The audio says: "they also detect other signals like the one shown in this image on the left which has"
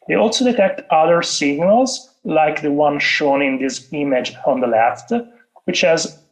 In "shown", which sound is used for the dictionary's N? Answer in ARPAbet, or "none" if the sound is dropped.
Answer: N